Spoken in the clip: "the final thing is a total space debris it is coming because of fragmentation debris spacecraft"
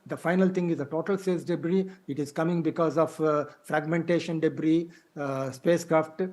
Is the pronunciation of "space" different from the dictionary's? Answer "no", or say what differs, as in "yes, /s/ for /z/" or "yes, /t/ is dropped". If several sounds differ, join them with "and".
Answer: yes, /p/ is dropped